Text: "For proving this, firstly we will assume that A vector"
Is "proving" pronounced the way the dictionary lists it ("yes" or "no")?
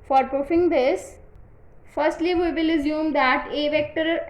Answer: no